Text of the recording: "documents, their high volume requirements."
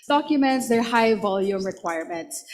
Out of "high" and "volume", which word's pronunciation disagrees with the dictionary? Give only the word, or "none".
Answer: none